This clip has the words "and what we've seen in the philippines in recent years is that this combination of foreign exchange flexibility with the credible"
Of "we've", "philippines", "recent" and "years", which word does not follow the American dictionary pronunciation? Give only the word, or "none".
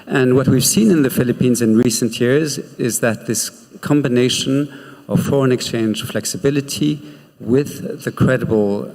none